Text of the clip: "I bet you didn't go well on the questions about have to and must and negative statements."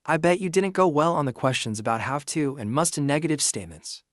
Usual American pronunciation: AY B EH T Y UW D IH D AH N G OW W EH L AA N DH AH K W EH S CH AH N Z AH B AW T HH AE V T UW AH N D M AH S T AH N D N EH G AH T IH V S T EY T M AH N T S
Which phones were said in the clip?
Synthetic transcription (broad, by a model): AY B EH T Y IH D IH D N G OW W EH L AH N DH AH K W EH S CH AH N Z AH B AW T HH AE F T UW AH N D M AH S T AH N N EH G AH T IH V S T EY T M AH N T S